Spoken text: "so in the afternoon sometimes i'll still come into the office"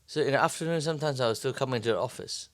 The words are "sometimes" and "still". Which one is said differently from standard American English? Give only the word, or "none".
none